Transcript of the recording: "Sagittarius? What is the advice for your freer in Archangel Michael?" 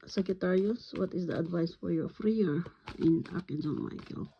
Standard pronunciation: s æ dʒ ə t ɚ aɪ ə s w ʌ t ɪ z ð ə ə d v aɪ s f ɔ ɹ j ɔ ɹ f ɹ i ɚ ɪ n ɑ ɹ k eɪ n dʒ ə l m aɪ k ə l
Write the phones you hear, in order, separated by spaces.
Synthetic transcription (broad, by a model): s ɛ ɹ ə t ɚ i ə s w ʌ t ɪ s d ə ə d v aɪ s f ɔ ɹ j ɔ ɹ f ɹ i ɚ ɪ n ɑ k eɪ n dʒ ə n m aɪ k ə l